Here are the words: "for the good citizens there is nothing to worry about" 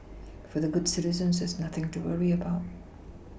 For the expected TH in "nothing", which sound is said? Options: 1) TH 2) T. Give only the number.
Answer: 1